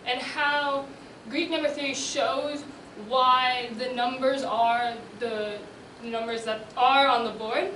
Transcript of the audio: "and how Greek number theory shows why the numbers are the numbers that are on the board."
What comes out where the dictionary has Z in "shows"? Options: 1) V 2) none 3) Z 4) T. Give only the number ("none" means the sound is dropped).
3